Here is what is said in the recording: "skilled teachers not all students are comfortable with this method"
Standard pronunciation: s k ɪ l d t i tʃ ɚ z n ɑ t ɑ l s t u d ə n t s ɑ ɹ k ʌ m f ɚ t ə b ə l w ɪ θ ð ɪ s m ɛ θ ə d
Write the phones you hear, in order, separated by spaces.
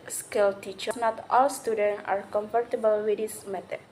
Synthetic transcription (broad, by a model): s k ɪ l t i tʃ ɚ n ɑ t ɑ l s t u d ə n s ɑ ɹ k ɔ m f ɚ t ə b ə l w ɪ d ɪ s m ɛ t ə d